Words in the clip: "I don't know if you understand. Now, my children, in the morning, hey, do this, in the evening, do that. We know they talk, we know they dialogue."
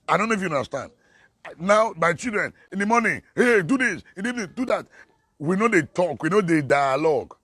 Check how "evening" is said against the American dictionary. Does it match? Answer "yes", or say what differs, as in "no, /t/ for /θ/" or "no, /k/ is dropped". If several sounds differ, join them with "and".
no, /v/ is dropped